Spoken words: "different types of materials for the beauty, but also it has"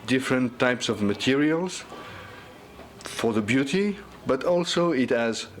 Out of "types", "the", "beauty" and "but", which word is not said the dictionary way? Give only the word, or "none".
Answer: none